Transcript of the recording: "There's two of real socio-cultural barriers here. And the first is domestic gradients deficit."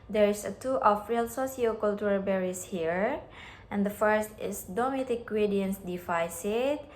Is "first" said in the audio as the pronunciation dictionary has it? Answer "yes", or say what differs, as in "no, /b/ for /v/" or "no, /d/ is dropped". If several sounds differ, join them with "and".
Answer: yes